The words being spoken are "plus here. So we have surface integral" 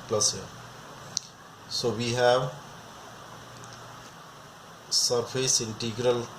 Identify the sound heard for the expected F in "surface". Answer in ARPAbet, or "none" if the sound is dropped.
P